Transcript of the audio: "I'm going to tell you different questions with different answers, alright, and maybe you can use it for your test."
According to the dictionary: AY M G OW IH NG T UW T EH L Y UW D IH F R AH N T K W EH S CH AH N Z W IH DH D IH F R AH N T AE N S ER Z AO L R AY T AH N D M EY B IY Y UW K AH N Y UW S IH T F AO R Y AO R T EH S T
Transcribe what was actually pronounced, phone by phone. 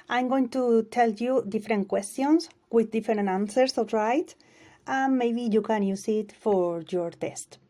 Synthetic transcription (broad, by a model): AY M G OW IH NG T UW T EH L Y UW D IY F R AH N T K W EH S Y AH N S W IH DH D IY F R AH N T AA N S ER S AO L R AY T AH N M EY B IY Y UW K AH N Y UW S IH T F AO R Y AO R T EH S T